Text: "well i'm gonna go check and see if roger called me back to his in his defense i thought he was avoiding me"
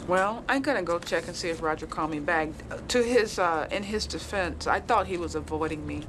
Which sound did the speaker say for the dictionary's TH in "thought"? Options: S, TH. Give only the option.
TH